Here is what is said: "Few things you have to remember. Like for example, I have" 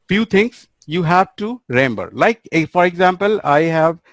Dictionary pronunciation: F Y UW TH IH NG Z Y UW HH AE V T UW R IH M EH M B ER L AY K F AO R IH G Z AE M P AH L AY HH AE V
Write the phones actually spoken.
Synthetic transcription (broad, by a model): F Y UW T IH NG S Y UW HH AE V T UW R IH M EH M B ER L AY K F AO R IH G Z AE M P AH L AY HH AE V